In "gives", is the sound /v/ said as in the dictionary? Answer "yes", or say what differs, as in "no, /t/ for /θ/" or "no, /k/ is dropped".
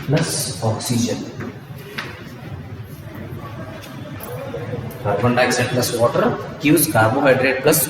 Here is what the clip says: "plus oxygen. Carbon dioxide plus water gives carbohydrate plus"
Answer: no, /v/ is dropped